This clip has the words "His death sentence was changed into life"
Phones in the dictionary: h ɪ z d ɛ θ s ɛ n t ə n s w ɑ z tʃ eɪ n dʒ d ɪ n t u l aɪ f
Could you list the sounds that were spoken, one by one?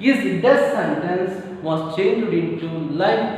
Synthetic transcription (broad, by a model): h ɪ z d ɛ s s ɛ n t ə n s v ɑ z tʃ eɪ n dʒ d ɪ n t u l aɪ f